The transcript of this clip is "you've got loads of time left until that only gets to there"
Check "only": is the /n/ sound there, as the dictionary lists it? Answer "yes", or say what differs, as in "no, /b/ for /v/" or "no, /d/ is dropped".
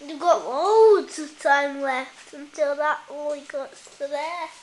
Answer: no, /n/ is dropped